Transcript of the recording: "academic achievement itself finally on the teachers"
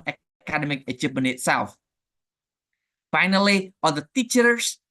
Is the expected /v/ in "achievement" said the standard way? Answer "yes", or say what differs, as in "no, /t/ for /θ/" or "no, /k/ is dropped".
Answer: no, /p/ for /v/